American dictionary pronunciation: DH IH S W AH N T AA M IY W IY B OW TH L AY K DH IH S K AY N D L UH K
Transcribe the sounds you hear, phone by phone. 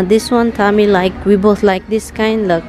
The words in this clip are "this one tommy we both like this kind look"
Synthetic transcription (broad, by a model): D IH S W AH N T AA M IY W IY B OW T L AY K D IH S K AY N D L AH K